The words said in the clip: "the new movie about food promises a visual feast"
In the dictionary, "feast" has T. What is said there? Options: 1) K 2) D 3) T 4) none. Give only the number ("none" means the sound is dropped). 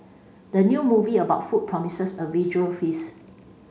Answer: 4